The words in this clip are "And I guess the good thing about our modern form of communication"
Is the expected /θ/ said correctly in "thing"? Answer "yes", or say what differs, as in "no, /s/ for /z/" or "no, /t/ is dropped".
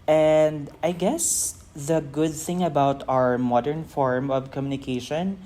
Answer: yes